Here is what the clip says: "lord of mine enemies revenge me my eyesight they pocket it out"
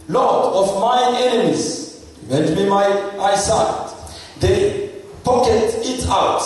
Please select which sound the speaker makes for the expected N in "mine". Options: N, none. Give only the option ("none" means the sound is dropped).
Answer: none